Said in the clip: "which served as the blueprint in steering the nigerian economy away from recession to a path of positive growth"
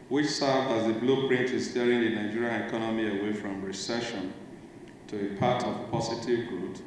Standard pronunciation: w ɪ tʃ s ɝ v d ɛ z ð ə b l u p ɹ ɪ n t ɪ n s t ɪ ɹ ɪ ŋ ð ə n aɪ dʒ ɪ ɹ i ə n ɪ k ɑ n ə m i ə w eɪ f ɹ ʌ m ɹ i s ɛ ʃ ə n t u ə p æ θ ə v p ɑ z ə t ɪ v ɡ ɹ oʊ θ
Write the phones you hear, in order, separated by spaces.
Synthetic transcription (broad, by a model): w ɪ tʃ s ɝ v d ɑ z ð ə b l u p ɹ ɪ n t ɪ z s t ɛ ɹ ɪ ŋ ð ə n aɪ dʒ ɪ ɹ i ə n ɪ k ɑ n ə m i ə w eɪ f ɹ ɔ m ɹ i s ɛ ʃ ə n t u ə p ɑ t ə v p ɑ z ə t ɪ v ɡ ɹ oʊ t